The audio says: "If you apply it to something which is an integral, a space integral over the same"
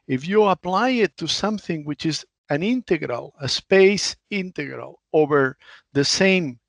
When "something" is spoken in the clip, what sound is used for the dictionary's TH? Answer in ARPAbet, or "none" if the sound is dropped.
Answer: TH